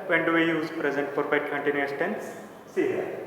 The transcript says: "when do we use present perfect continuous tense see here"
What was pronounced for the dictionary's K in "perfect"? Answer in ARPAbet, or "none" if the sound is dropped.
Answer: none